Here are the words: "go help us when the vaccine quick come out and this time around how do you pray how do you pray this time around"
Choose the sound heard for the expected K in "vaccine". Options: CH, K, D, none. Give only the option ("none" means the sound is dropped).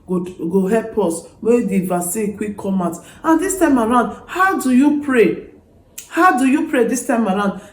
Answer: none